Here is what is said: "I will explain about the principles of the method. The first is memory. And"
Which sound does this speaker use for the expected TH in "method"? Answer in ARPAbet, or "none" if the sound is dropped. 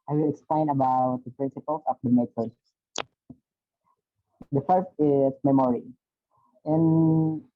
S